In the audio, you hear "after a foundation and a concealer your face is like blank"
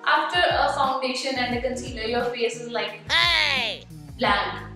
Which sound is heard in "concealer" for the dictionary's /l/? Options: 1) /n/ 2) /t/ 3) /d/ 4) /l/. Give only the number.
1